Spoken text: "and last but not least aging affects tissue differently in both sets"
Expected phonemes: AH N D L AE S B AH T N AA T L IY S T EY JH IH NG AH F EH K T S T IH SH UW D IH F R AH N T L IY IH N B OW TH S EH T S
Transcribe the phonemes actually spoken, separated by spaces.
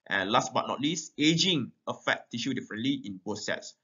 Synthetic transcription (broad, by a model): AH N L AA S B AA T N AA T L IY S T EY JH IH NG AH F EH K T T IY SH UW D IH F R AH N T L IY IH N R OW S EH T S